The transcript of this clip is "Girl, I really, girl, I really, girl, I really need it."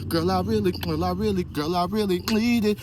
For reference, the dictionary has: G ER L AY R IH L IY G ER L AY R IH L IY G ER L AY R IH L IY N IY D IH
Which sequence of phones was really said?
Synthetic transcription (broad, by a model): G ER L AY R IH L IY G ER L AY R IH L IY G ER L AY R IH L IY L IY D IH